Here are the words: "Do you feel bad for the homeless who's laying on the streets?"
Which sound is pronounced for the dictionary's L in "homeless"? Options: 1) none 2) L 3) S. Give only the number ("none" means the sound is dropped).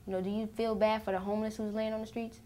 2